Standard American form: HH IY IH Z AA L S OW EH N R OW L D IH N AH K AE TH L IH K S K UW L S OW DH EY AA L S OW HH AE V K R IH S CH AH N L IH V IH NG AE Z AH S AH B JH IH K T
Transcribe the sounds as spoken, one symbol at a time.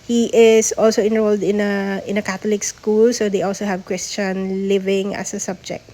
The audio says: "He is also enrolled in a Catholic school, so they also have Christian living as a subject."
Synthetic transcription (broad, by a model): HH IY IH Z AA L S OW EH N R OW L D IH N AH K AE T L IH K S K UW L S OW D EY AA L S OW HH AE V K R IH S CH AH N L IH V IH NG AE S AH S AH B JH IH K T